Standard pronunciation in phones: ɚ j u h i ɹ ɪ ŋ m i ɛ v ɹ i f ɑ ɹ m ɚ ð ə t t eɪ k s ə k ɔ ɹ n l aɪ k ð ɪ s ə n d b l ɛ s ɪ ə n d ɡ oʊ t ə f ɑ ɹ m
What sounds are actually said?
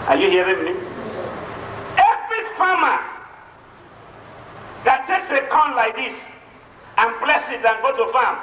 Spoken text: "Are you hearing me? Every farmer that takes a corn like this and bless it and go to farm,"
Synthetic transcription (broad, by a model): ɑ j u h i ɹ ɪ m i ɛ v ɹ i f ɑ m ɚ ð ə t t eɪ k s ə k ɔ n l aɪ k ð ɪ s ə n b l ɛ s ɪ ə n ɡ oʊ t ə f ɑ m